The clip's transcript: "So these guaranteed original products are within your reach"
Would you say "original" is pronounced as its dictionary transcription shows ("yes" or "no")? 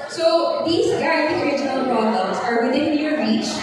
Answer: yes